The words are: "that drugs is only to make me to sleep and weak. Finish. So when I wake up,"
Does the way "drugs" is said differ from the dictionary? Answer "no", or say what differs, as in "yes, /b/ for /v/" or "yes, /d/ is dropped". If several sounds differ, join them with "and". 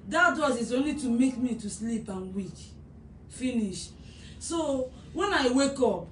yes, /ɹ/ is dropped